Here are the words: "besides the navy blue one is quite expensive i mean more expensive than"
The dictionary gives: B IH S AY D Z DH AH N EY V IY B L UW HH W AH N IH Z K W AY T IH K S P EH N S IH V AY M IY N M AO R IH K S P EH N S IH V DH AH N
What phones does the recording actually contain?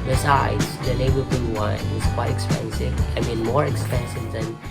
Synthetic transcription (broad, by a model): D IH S AY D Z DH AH L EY B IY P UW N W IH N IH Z K W AY T IH K S P EH N S IH V AY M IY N M AO R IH K S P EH N S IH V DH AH N